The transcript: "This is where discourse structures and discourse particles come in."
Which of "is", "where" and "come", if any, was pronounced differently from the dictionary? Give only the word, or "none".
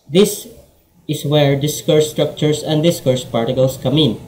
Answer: is